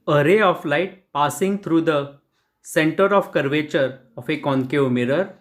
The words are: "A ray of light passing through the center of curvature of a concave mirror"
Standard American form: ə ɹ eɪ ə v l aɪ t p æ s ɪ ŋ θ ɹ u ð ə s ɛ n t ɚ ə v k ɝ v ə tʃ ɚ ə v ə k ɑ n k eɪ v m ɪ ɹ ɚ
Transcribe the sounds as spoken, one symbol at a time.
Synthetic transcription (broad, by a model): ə ɹ eɪ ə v l aɪ t p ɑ s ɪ ŋ t ɹ u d ə s ɛ n t ɚ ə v k ɝ v ə tʃ ɚ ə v ə k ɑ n k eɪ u m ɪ ɹ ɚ